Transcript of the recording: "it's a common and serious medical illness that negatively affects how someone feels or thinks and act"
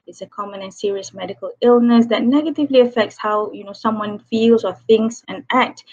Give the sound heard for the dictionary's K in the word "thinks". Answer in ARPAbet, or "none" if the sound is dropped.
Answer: K